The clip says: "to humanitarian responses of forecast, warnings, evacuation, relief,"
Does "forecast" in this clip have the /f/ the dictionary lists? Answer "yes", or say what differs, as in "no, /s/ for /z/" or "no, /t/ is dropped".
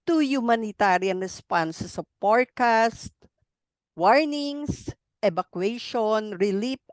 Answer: no, /p/ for /f/